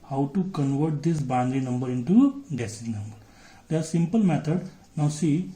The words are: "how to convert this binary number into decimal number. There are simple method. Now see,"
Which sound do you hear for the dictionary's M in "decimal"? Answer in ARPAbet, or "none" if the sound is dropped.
none